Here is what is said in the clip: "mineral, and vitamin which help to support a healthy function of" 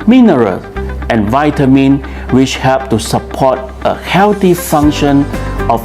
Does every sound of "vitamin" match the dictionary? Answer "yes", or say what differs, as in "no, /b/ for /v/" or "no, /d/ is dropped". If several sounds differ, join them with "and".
yes